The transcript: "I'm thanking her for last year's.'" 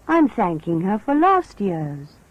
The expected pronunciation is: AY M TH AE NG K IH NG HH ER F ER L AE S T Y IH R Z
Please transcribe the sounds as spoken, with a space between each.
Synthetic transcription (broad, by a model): AY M TH AE NG K IH NG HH ER F ER L AE S T Y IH R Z